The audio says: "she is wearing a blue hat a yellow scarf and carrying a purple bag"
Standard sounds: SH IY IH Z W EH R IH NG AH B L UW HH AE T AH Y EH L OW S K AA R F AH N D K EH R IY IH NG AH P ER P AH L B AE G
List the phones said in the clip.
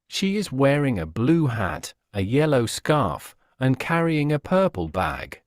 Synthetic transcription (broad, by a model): SH IY IH Z W EH R IH NG AH B L UW HH AE T AH Y EH L OW S K AA R F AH N K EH R IY IH NG AH P ER P AH L B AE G